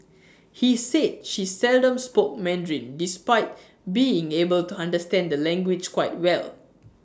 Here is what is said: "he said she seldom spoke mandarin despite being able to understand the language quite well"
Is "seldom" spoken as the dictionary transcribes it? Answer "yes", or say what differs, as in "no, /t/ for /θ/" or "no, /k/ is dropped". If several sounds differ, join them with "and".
yes